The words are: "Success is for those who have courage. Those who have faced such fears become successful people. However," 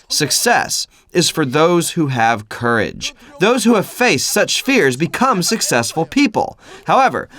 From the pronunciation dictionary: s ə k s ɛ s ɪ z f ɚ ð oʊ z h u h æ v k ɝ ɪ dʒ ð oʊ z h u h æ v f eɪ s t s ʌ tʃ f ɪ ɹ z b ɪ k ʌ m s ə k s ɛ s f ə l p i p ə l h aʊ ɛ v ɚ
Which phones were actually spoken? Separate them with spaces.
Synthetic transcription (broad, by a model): s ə k s ɛ s ɪ z f ɚ ð oʊ z h u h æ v k ɝ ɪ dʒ ð oʊ z h u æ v f eɪ s t s ʌ tʃ f ɪ ɹ z b ɪ k ʌ m s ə k s ɛ s f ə l p i p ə l h aʊ ɛ v ɚ